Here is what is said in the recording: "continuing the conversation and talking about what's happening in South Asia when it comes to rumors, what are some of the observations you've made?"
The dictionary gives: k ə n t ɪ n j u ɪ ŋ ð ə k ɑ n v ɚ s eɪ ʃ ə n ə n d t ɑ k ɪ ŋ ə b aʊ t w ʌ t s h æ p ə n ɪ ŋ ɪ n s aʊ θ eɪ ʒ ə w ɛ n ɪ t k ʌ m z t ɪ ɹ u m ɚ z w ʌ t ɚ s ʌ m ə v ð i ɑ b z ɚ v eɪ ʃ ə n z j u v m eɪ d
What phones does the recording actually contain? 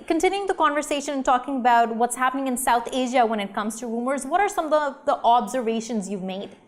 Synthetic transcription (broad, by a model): k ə n t ɪ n j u ɪ ŋ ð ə k ɑ n v ɚ s eɪ ʃ ə n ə n t ɑ k ɪ ŋ ə b aʊ t w ʌ t s h æ p ə n ɪ ŋ ɪ n s aʊ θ eɪ ʒ ə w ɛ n ɪ t k ʌ m z t ɪ ɹ u m ɚ z w ʌ t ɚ s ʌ m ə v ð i ɑ b z ɚ v eɪ ʃ ə n z j u v m eɪ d